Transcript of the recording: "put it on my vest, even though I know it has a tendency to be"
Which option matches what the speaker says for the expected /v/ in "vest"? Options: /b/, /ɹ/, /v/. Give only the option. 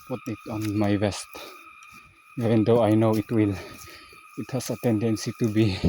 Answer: /b/